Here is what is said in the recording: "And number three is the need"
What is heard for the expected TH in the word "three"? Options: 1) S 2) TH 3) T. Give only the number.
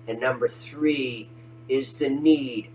2